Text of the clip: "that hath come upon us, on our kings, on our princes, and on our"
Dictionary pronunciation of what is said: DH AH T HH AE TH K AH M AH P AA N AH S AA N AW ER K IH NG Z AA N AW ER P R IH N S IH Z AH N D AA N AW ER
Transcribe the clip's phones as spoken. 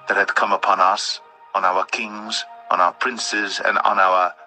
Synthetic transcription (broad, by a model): DH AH T HH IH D K AH M AH P AA N AH S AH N AW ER K IH NG Z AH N AW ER P R IH N S IH Z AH N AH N AW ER